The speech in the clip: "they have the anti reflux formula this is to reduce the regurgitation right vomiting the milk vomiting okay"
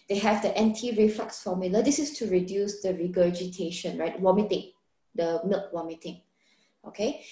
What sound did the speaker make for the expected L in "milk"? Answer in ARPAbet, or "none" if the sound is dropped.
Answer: L